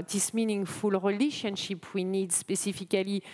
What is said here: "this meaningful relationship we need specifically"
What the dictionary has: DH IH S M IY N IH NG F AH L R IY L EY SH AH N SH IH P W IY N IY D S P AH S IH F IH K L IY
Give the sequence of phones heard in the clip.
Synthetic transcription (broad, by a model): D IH S M IY N IH NG F AH L R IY L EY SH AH N SH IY P W IY N IY D S P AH S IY F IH K L IY